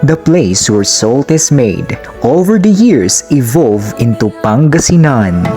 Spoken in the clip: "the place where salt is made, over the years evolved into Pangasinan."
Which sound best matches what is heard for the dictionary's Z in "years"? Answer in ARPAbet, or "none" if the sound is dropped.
S